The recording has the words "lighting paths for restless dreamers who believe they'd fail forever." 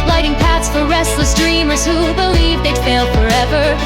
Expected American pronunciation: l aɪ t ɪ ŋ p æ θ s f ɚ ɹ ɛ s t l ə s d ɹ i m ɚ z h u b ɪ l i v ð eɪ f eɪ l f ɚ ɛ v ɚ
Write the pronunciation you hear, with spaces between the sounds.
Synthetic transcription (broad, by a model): l aɪ t ɪ ŋ p æ θ s f ɚ ɹ ɛ s t l ə s d ɹ i m ɚ z h u b ɪ l i v ð eɪ f eɪ l f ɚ ɛ v ɚ